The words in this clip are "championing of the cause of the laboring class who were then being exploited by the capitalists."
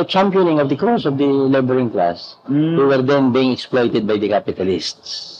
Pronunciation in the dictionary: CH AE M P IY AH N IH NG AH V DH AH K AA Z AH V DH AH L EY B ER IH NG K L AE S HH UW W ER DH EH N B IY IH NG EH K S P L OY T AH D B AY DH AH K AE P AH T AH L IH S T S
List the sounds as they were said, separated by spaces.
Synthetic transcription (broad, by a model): CH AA M P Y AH N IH NG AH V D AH K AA S AH V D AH L EY B ER IH NG K L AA S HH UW W ER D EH N B IY IH NG EH K S P L OY T AH D B AY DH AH K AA P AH T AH L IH S T S